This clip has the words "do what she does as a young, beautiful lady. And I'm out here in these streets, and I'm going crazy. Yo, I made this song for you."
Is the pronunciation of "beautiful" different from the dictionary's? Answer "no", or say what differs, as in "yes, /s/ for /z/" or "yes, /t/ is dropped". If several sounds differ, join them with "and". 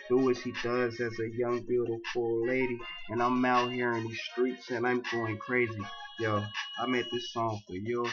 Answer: yes, /p/ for /f/